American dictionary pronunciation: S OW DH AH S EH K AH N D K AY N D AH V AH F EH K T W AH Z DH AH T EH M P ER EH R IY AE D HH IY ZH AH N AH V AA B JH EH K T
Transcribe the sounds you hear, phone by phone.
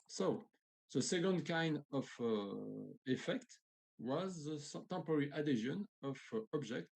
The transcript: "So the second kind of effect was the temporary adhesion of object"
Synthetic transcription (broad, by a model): S OW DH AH S EH K AH N D K AY N D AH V AH F EH K T W AH Z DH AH T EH M P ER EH R IY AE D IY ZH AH N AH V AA B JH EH K T